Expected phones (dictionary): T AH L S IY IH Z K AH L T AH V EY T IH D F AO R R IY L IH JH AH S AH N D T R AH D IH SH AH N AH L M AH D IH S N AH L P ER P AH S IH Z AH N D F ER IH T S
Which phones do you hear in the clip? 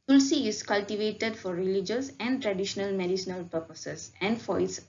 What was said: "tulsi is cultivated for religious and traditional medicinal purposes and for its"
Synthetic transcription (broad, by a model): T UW L S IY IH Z K AH L T AH V EY T IH D F AO R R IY L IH JH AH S AH N D T R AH D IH SH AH N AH L M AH D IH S N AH L P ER P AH S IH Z AH N D F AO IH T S